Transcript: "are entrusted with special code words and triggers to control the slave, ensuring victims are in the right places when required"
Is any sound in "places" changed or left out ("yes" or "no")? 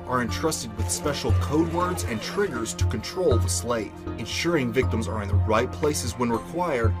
no